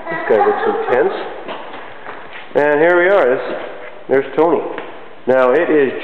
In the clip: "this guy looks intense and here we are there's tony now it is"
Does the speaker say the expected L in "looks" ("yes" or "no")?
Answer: no